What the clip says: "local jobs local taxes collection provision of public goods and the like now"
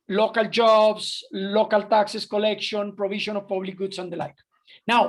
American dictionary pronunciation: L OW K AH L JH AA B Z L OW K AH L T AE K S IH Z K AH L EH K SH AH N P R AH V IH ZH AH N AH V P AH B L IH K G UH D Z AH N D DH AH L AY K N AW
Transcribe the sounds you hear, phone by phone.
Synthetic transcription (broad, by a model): L OW K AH L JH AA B S L OW K AH L T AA K S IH S K AH L EH K SH AH N P R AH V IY SH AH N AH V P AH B L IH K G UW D S AH N D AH L AY K N AW